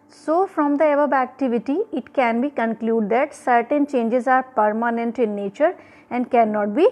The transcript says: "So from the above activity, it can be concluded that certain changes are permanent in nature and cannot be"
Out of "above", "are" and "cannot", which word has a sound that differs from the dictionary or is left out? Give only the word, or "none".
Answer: above